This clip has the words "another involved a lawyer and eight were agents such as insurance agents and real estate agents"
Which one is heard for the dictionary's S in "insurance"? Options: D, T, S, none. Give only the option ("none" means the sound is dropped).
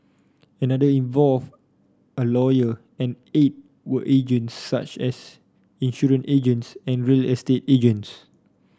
none